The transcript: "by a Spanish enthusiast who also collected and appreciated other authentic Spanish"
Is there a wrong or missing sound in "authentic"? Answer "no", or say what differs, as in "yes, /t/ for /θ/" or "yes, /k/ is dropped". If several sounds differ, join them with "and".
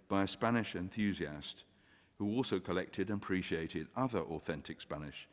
no